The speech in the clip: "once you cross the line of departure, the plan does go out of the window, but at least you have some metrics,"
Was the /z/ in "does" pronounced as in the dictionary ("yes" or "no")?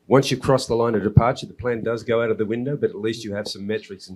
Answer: yes